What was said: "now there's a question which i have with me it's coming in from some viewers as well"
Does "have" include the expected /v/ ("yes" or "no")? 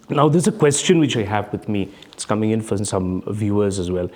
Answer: yes